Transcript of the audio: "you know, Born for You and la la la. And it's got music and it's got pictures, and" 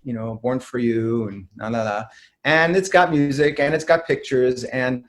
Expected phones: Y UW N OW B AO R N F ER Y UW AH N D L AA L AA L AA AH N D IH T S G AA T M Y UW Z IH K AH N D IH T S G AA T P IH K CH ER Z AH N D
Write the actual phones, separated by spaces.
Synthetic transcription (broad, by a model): Y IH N OW B AO R N F ER Y UW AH N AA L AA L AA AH N IH T S G AA T M Y UW Z IH K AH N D IH T S G AA T P IH K CH ER Z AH N